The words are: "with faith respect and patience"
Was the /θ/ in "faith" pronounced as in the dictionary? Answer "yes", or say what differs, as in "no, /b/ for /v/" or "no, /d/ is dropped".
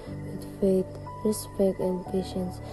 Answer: no, /t/ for /θ/